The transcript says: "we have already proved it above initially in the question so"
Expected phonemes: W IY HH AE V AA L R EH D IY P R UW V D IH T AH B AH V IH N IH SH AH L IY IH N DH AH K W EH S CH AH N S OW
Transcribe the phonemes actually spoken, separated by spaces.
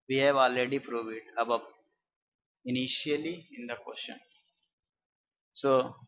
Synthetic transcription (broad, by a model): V IY HH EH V AA L R EH D IY P R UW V IH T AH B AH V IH N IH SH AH L IY IH N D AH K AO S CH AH N S OW